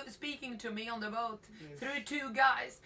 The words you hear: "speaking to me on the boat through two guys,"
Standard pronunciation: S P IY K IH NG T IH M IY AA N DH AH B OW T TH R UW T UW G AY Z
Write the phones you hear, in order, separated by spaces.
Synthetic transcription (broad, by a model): S P IY K IH NG T IH M IY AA N DH AH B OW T TH R UW T UW G AY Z